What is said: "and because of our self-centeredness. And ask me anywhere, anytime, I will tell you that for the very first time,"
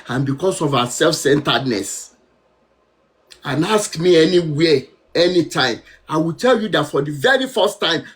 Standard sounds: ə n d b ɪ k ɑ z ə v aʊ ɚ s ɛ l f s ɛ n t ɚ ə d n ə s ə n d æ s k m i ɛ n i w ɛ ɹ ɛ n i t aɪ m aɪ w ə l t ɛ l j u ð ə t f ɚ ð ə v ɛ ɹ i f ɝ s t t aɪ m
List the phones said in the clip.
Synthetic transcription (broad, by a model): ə n b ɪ k ɑ s ə v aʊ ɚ s ɛ l f s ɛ n t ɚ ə d n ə s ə n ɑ s k m i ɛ n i w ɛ ɛ n i t aɪ m aɪ w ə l t ɛ l j u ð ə t f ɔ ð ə v ɛ ɹ i f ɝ s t t aɪ m